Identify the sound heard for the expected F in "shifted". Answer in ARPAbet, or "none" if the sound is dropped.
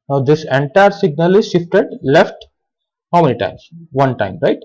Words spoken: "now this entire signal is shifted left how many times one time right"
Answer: F